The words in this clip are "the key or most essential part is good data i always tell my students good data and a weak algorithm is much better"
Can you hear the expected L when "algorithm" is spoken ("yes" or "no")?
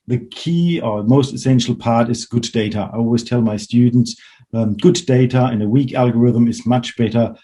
yes